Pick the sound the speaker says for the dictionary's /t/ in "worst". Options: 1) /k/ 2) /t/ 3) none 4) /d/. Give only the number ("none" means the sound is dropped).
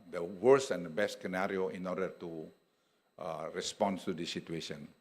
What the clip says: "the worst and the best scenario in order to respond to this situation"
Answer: 3